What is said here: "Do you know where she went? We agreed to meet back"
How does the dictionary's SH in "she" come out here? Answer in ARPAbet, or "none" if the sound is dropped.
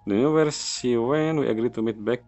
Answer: S